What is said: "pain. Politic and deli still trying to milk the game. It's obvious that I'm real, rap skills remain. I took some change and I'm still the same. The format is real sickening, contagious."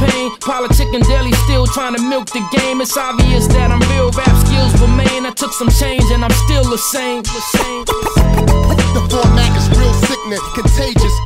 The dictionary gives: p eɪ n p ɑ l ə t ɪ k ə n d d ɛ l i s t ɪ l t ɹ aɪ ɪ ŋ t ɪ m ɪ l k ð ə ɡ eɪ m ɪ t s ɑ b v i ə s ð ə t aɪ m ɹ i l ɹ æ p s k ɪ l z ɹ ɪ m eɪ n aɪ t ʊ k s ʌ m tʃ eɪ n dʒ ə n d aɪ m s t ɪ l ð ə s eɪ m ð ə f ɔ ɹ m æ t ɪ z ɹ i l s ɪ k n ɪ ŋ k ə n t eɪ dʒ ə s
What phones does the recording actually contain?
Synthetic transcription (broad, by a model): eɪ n p ɑ l ə t ɪ k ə n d d ɛ l i s t ɪ l t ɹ aɪ ɪ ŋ t ɪ m ɪ l k ð ə ɡ eɪ m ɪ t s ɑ v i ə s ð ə t aɪ m ɹ i l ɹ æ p s k ɪ l z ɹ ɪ m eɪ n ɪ t ʊ k s ʌ m tʃ eɪ n dʒ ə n aɪ m s t ɪ l ð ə s eɪ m ð ə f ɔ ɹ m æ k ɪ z ɹ i l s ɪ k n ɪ k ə n t eɪ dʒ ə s